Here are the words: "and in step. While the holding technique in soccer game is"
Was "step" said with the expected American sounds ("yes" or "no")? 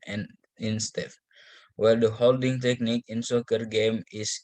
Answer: no